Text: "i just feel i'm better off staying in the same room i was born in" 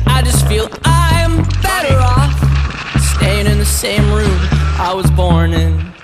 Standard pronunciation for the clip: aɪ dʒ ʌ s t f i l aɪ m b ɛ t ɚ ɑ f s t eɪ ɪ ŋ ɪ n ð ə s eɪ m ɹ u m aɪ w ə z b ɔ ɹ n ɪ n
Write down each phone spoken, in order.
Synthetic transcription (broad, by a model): aɪ dʒ ʌ s t f i l aɪ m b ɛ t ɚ ɑ f s t eɪ ɪ ŋ ɪ n ð ə s eɪ m ɹ u m aɪ w ə z b ɔ ɹ n ɪ n